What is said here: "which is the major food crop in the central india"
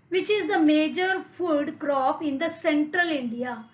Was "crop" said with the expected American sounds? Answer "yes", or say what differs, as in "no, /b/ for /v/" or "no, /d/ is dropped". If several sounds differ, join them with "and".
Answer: yes